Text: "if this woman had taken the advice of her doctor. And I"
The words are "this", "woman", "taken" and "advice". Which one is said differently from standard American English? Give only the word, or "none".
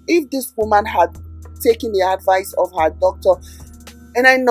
none